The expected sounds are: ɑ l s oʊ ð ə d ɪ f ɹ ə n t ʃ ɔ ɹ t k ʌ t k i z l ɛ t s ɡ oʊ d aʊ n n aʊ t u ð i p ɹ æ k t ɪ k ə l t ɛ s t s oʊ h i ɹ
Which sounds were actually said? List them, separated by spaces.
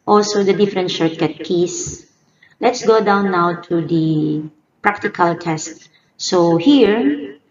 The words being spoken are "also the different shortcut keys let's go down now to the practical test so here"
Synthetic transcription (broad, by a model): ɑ l s oʊ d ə d ɪ f ɹ ə n t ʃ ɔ ɹ t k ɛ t k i s l ɛ t s ɡ oʊ d aʊ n n aʊ t u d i p ɹ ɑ k t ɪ k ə l t ɛ s t s oʊ h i ɹ